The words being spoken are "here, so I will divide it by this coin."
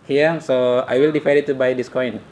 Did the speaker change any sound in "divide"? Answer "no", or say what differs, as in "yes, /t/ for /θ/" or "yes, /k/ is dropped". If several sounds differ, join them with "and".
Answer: yes, /f/ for /v/